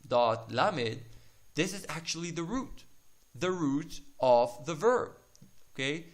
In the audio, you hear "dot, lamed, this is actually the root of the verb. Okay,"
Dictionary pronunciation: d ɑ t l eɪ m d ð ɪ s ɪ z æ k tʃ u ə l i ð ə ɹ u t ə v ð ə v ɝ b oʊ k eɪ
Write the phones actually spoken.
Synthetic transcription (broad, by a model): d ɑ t l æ m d ð ɪ s ɪ z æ k tʃ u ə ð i ð ə ɹ u t ə v ð ə v ɝ b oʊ k eɪ